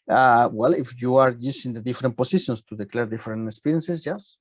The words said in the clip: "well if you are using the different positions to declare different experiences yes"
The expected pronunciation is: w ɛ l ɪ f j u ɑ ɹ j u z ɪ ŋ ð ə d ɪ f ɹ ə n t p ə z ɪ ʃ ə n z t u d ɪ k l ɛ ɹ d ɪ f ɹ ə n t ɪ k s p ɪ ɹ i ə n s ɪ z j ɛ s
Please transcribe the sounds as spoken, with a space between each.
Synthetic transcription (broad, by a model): w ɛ l ɪ f j u ɑ ɹ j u s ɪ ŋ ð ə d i f ɹ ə n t p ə s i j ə n s t u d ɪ k l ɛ ɹ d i f ɹ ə n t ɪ k s p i ɹ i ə n s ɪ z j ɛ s